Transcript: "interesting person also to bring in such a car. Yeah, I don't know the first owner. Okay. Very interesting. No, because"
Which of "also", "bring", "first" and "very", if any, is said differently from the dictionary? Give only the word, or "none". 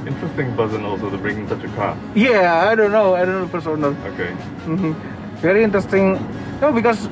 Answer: first